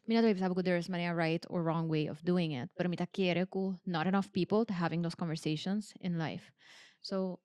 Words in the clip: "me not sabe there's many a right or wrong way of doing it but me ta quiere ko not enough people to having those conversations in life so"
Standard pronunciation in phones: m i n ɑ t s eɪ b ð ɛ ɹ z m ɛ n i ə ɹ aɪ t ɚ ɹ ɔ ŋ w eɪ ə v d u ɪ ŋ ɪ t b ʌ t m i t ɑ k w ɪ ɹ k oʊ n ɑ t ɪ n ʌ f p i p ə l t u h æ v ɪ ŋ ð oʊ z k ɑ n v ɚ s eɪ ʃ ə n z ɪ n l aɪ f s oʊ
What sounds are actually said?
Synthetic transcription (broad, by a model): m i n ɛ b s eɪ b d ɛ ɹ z m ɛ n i ə ɹ aɪ t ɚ ɹ ɔ ŋ w eɪ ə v d u ɪ ŋ ɪ t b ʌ t m i t ɑ k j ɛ ɹ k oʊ n ɑ t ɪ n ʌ f p i p ə l t u h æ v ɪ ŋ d oʊ s k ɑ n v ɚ s eɪ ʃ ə n s ɪ n l aɪ f s oʊ